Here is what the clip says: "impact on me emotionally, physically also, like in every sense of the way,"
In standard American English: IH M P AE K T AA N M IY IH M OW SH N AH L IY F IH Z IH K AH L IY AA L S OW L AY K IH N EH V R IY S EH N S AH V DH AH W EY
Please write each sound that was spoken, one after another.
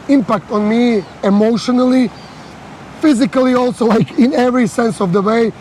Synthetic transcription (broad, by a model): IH M P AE K T AA N M IY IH M OW SH N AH L IY F IH Z IH K AH L IY AA L S OW L AY K IH N EH V R IY S EH N S AH V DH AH W EY